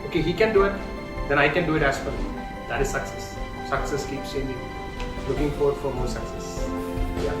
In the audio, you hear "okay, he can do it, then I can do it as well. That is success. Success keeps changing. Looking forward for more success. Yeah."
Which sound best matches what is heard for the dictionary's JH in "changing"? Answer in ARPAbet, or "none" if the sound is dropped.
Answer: none